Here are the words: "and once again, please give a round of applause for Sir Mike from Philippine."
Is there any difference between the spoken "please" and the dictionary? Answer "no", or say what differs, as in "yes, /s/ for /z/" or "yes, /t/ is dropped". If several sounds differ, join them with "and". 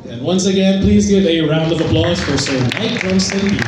no